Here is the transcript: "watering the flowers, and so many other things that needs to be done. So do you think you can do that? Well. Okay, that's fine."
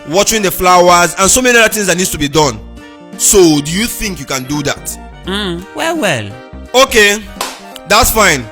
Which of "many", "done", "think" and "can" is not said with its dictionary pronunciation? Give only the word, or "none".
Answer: none